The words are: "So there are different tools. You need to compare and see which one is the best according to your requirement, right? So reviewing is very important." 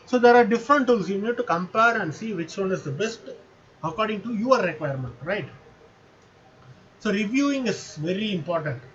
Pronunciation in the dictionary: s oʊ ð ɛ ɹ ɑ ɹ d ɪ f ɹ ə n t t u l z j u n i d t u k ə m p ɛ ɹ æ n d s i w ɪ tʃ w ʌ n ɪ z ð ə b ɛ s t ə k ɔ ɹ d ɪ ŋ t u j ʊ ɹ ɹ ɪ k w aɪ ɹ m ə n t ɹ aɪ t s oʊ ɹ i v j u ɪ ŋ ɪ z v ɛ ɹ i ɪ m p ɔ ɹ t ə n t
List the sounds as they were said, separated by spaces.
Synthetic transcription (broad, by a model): s oʊ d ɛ ɹ ɑ ɹ d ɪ f ɹ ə n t t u l s j u n i d t u k ə m p ɛ ɹ æ n d s i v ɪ tʃ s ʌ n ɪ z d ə b ɛ s t ə k ɔ ɹ d ɪ ŋ t u j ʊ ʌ ɹ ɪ k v aɪ ɹ m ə n t ɹ aɪ t s oʊ ɹ i v j u ɪ ŋ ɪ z v ɛ ɹ i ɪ m p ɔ ɹ t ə n t